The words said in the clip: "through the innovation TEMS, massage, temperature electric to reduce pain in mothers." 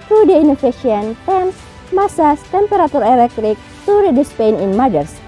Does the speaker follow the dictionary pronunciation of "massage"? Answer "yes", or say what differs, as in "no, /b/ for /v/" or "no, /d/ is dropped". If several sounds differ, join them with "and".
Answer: no, /s/ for /ʒ/